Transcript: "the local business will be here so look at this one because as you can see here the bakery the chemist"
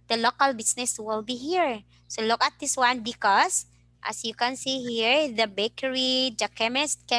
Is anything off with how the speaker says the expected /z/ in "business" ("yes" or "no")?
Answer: yes